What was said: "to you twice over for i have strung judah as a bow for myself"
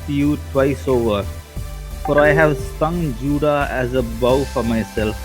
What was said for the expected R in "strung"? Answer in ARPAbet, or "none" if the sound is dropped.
none